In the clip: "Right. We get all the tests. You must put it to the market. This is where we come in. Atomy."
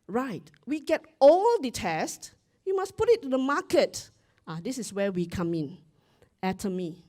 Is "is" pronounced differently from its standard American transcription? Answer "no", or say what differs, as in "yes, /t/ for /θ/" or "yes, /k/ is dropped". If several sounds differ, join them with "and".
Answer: yes, /s/ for /z/